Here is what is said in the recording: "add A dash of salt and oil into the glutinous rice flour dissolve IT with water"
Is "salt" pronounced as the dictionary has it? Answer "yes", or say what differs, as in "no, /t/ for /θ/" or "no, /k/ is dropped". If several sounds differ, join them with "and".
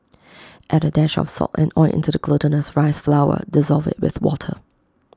no, /l/ is dropped